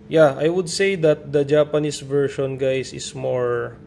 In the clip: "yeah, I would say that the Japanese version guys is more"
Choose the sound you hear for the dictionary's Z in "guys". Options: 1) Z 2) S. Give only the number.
2